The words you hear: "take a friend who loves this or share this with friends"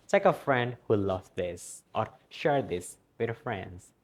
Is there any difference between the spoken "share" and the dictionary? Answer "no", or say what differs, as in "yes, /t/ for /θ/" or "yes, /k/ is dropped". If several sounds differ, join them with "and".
no